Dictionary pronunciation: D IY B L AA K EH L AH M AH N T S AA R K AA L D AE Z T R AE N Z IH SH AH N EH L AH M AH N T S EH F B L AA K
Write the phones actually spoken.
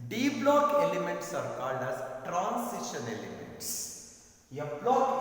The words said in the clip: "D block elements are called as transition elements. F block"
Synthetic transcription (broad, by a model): D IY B L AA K EH L AH M AH N T S AA R K AA L D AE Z T R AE N S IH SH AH N EH L AH M AH N T S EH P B L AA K